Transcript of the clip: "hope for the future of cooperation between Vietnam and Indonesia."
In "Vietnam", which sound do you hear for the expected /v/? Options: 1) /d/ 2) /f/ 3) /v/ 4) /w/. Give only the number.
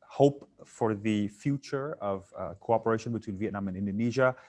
3